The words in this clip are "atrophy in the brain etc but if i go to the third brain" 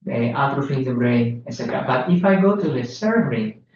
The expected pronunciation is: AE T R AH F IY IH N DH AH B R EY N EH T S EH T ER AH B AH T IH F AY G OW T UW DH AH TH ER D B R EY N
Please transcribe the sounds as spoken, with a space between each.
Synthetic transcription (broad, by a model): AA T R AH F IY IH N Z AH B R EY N EH T S EH T ER AH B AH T IH F AY G OW T UW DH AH S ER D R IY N